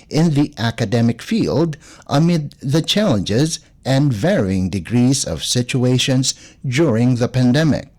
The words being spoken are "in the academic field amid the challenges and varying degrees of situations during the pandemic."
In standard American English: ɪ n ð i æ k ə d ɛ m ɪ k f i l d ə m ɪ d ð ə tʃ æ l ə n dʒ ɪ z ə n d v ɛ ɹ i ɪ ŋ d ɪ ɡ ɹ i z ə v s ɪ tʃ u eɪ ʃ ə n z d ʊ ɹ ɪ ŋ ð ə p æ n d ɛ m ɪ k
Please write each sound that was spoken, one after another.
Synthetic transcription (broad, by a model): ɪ n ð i æ k ə d ɛ m ɪ k f i l d ə m ɪ d ð ə tʃ æ l ə n dʒ ɪ z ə n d v ɛ ɹ i ɪ ŋ d ɪ ɡ ɹ i z ə v s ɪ tʃ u eɪ ʃ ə n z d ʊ ɹ ɪ ŋ ð ə p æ n d ɛ m ɪ k